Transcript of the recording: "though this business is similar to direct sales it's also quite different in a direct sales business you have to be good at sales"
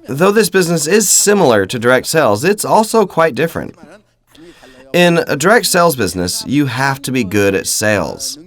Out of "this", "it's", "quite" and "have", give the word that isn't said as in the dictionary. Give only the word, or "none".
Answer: have